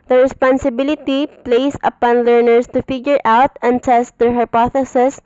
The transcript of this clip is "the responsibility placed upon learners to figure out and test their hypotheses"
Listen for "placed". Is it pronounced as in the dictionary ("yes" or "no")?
no